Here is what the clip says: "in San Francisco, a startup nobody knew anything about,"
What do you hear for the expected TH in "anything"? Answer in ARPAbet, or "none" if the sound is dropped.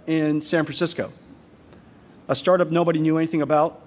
TH